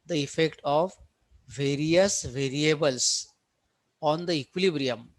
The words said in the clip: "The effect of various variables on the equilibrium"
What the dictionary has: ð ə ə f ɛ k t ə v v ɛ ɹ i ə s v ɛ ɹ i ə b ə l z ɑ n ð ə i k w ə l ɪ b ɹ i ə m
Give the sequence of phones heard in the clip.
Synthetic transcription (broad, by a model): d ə ə f ɛ k t ə v v ɛ ɹ i ə s v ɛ ɹ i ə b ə l s ɑ n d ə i k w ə l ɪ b ɹ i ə m